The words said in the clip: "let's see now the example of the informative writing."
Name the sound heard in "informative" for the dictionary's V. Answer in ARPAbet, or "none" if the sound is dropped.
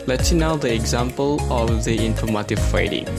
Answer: F